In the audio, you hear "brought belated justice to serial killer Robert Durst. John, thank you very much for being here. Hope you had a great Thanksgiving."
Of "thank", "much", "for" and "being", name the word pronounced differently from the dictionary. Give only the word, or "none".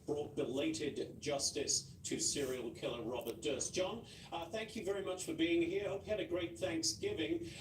none